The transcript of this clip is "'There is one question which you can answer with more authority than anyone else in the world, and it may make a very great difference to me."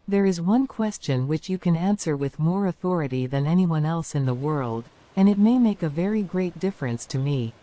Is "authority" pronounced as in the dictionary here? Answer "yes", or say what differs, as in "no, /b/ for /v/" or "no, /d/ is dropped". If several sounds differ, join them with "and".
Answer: yes